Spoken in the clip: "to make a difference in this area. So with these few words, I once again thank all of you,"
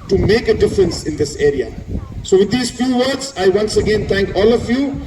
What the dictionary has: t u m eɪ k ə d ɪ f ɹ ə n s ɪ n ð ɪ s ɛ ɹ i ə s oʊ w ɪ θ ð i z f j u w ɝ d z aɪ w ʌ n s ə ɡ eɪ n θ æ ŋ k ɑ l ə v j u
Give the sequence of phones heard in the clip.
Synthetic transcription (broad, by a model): t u m eɪ k ə d ɪ f ɹ ə n s ɪ n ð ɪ s ɛ ɹ i ə s oʊ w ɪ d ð i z f j u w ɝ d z aɪ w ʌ n s ə ɡ eɪ n t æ ŋ k ɑ l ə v j u